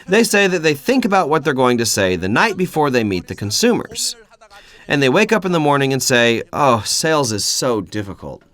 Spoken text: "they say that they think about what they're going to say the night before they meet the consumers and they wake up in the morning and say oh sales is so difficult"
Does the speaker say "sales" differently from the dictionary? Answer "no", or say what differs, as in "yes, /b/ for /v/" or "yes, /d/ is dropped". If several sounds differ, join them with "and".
no